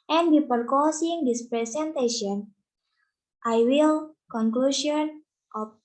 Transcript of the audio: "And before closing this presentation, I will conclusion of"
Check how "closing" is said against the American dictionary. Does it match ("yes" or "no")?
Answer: no